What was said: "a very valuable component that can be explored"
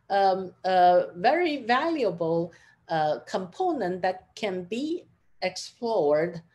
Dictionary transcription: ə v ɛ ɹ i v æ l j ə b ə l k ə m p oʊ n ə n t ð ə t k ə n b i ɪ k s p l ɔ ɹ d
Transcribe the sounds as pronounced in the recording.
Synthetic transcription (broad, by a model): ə v ɛ ɹ i v æ l j ə b ə l k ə m p oʊ n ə n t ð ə t k ə n b i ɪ k s p l ɔ ɹ d